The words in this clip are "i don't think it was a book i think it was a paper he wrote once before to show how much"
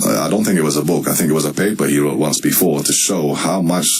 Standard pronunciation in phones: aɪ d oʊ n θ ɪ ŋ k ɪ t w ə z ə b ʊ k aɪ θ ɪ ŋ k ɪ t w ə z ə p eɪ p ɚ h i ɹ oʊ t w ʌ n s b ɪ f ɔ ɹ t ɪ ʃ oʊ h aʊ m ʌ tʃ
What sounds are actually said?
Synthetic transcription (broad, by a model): aɪ d oʊ n θ ɪ ŋ k ɪ t w ə z ə b ʊ k aɪ θ ɪ ŋ k ɪ t w ə z ə p eɪ p ɚ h i ɹ oʊ t w ʌ n s b ɪ f ɔ ɹ t ɪ ʃ oʊ h aʊ m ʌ tʃ